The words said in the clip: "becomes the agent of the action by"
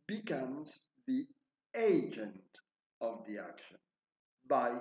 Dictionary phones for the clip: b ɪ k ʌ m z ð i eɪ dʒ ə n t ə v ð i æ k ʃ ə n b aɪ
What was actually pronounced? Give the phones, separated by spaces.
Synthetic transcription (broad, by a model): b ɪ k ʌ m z ð i eɪ dʒ ə n t ə v ð i æ k ʃ ə n b aɪ